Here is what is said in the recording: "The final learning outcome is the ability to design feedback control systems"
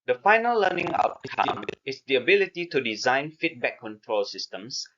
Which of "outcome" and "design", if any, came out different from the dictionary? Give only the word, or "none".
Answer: outcome